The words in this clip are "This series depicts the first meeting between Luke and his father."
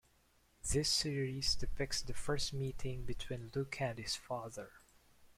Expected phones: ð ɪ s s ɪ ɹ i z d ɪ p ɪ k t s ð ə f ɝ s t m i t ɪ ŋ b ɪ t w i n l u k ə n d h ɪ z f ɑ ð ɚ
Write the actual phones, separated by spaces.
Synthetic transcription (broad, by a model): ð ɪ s s ɪ ɹ i z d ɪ f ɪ k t s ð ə f ɝ s t m i t ɪ ŋ b ɪ t w i n l u k ə n d h ɪ z f ɑ ð ɚ